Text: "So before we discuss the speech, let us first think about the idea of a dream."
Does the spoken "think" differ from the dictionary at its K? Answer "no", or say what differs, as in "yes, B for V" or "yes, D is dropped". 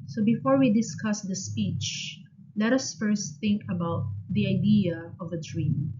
no